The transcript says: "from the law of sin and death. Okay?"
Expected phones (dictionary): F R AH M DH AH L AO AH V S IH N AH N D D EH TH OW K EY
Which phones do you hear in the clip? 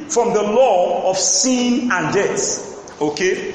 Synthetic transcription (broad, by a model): F R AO M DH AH L AO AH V S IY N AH N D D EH S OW K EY